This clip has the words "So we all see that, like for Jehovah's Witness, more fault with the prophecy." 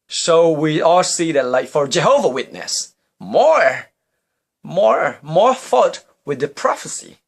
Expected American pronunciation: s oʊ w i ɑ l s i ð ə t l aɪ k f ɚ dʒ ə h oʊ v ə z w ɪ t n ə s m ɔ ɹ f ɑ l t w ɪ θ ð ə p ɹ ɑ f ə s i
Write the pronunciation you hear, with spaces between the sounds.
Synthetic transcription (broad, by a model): s oʊ w i ɑ l s i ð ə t l aɪ k f ɚ dʒ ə h oʊ v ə w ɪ t n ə s m ɔ ɹ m ɑ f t w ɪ ð ə p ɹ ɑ f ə s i